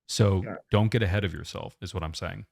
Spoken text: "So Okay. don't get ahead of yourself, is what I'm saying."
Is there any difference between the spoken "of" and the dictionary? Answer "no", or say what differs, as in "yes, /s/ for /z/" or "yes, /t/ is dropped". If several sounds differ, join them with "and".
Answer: no